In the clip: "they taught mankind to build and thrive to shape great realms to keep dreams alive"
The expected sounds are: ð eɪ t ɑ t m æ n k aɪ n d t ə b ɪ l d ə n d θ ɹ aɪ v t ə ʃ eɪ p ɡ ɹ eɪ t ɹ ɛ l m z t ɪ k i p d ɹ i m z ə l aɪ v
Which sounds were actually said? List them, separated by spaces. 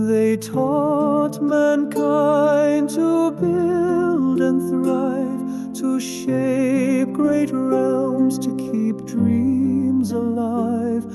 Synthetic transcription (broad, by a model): ð eɪ t ɑ t m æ n k aɪ n t ə b ɪ l d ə n θ ɹ aɪ v t ə ʃ eɪ p ɡ ɹ eɪ t ɹ ɛ l m z t ɪ k i p d ɹ i m z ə l aɪ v